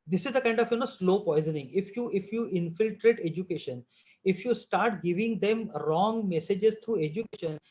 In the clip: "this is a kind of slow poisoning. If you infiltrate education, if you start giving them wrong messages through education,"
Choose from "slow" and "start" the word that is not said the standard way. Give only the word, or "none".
none